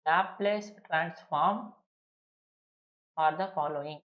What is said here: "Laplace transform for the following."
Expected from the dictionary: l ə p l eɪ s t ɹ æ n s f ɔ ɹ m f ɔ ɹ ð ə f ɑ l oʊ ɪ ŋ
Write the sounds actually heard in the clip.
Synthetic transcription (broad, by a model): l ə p l eɪ s t ɹ æ n s f ɔ ɹ m f ɔ ɹ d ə f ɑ l oʊ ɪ ŋ